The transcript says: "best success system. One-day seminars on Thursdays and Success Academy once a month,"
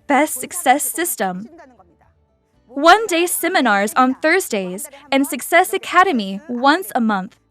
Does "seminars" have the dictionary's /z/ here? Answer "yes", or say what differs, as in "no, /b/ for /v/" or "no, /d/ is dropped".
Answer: yes